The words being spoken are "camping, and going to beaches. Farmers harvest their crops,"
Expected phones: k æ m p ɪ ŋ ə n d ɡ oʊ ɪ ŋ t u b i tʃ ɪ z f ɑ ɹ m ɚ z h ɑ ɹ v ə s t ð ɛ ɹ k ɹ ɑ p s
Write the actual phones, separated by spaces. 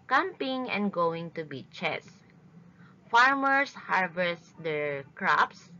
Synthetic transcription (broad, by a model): k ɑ m p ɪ ŋ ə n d ɡ oʊ ɪ ŋ t u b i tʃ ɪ s f ɑ ɹ m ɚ s h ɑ ɹ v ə s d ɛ ɹ k ɹ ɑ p s